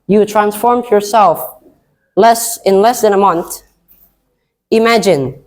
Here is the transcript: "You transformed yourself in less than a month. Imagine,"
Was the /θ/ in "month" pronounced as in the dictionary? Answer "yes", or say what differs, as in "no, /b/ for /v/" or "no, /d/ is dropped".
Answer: yes